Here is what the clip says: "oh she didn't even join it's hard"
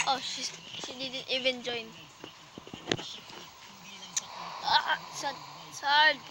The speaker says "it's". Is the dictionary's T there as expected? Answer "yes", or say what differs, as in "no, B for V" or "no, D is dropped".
no, S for T